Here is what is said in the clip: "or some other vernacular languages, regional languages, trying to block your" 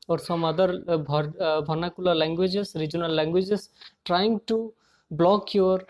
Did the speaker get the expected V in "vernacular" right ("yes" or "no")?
no